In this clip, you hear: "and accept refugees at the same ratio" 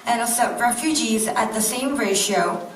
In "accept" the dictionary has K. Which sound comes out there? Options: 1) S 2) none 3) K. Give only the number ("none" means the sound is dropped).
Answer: 2